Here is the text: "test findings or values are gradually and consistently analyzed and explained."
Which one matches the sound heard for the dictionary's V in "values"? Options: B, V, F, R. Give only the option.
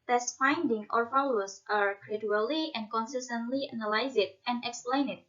F